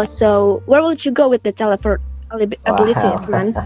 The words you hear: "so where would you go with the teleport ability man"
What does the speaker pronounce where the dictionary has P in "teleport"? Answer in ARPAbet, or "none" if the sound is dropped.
F